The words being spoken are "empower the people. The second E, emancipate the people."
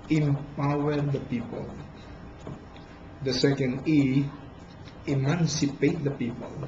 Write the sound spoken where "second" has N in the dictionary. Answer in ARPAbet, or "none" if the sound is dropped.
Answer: N